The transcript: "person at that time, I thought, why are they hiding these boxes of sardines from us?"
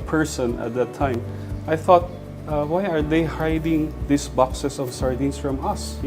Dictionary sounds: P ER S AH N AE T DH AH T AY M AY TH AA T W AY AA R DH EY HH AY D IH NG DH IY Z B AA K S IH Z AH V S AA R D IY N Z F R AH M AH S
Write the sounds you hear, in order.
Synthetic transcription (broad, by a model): P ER S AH N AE T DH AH T AY M AY TH AA T W AY AA R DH EY HH AY D IH NG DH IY S B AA K S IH S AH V S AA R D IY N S F R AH M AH S